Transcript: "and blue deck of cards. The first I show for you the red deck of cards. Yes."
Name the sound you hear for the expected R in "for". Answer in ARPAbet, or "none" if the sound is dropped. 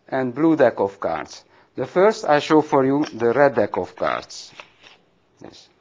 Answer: R